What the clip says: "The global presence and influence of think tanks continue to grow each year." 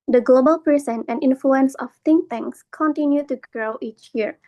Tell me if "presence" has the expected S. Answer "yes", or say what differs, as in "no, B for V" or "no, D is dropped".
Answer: no, S is dropped